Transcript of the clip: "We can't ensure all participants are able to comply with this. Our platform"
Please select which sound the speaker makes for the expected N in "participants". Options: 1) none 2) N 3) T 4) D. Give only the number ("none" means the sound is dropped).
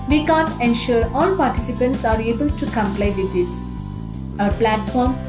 2